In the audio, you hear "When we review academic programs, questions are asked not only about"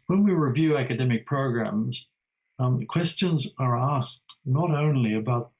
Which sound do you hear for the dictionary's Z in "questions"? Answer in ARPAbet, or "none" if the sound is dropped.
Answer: Z